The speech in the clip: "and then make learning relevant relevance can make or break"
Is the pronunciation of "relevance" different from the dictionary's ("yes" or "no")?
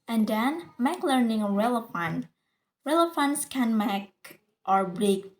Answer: yes